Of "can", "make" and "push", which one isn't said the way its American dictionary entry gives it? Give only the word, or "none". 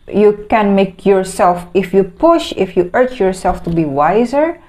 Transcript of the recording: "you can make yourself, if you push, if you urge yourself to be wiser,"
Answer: none